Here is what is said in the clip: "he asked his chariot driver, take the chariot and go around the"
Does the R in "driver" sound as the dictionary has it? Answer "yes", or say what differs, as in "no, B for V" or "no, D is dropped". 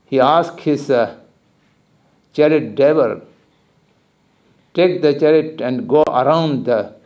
no, R is dropped